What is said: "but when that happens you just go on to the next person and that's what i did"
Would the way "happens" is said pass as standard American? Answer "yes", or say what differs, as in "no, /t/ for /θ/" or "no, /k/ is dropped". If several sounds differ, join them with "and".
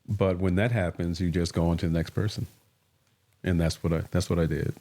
yes